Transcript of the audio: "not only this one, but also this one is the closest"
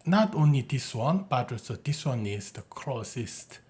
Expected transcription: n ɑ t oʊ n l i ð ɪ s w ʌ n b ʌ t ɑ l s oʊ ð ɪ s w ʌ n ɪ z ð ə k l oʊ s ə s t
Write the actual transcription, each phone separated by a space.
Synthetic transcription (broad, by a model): n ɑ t oʊ n l i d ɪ s w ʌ n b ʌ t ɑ s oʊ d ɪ s w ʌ n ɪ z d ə k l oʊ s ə s t